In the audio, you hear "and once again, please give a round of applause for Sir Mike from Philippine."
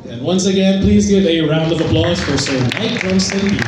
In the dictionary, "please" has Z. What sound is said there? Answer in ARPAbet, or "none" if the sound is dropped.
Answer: Z